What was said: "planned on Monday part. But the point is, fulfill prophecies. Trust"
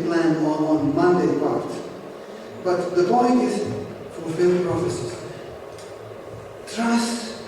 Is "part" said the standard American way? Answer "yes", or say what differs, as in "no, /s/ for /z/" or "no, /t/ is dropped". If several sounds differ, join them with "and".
no, /b/ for /p/